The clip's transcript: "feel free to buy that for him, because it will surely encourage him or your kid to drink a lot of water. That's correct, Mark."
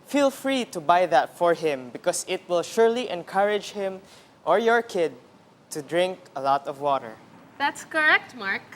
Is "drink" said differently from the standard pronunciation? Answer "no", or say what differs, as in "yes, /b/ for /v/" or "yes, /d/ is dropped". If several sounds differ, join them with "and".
no